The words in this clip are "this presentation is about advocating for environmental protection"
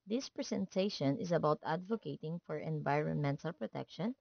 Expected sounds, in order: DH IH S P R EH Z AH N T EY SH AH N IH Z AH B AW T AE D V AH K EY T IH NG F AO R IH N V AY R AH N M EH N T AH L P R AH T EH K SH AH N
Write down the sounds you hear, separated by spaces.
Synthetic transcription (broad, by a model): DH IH S P R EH S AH N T EY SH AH N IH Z AH B AW T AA D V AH K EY T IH NG F AO R IH N V AY R AH N M EH N T AH L P R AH T EH K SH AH N